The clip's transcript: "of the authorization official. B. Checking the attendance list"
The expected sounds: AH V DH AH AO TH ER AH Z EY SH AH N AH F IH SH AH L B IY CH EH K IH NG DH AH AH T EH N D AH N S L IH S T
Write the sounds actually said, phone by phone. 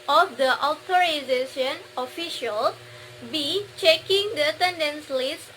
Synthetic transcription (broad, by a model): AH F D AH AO T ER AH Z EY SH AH N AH F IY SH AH L B IY CH EH K IH NG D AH AH T EH N D AH N S L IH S